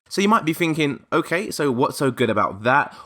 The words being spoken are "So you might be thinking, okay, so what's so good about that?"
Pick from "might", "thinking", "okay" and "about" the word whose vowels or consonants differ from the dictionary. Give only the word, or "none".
none